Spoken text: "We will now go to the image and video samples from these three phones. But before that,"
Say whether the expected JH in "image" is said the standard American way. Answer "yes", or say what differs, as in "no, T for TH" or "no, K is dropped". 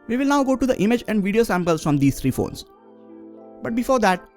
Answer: yes